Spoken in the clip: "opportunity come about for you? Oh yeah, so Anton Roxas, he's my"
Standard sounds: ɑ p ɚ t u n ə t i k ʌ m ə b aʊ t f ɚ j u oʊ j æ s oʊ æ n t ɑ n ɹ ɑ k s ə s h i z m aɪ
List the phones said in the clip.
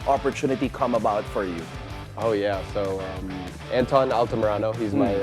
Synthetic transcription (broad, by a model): ɑ p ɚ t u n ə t i k ʌ m ə b aʊ t f ɚ j u oʊ j æ s oʊ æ n t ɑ n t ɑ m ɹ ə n h i z m aɪ